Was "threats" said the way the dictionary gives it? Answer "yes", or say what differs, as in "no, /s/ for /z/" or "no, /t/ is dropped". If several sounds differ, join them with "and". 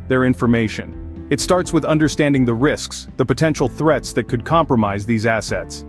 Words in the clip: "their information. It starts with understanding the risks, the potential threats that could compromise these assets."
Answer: yes